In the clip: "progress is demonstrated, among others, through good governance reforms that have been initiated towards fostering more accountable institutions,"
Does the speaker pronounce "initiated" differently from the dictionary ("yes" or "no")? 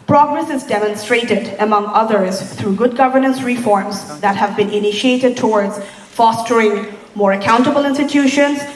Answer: no